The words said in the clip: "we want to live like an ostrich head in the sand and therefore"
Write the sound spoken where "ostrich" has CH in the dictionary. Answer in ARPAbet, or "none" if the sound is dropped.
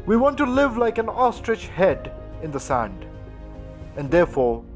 CH